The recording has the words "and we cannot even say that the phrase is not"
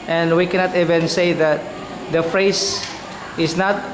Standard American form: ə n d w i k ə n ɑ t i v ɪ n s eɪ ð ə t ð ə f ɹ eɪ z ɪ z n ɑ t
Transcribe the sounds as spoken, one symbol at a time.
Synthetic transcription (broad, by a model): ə n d w i k ə n ɑ t i v ɪ n s eɪ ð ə t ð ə f ɹ eɪ s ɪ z n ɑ t